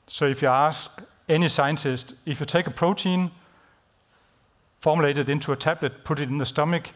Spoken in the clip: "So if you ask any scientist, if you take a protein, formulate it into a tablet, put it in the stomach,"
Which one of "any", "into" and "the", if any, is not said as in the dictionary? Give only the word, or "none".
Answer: into